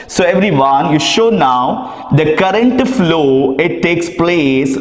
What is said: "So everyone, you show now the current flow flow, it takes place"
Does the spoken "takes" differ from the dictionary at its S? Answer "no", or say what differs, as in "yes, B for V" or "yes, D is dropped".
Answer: no